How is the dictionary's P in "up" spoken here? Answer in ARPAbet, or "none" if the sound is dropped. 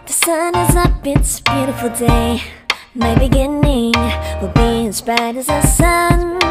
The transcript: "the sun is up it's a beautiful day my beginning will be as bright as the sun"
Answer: B